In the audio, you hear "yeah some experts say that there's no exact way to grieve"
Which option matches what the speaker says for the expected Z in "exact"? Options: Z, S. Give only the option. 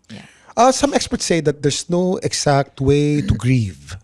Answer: S